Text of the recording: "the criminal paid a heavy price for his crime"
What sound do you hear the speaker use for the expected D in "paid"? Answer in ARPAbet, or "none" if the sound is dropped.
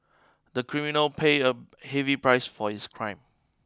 none